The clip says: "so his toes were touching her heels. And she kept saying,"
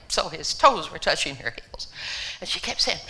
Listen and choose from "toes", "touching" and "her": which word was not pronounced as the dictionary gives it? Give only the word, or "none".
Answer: none